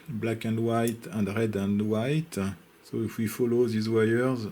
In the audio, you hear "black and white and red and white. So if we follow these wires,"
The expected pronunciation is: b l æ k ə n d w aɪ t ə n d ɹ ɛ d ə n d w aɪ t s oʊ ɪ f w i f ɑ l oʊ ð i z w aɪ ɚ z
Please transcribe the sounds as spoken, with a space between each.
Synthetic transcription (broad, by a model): b l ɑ k ə n d w aɪ t ə n d ɹ ɛ d ə n d w aɪ t s oʊ ɪ f w i f ɑ l oʊ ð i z w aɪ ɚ z